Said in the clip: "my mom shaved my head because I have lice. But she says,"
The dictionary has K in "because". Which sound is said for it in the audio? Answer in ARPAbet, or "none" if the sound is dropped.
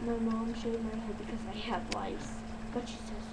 K